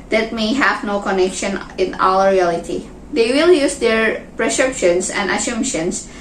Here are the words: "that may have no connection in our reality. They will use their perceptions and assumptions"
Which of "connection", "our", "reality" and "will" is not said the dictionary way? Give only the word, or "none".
our